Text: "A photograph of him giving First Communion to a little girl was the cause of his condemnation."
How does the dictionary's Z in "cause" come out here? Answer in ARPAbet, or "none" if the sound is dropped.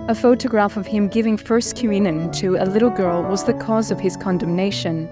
Z